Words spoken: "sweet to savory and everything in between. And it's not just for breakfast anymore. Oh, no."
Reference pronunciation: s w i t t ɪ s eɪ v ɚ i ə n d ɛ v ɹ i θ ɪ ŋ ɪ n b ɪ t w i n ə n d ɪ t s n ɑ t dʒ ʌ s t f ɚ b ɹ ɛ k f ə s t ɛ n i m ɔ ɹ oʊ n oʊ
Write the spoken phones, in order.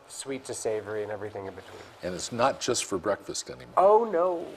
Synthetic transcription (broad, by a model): s w i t t ɪ s eɪ v ɚ i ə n ɛ v ɹ i θ ɪ ŋ ɪ n b ɪ t w i n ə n ɪ t s n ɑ t dʒ ʌ s t f ɚ b ɹ ɛ k f ə s t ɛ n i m ɔ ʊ n oʊ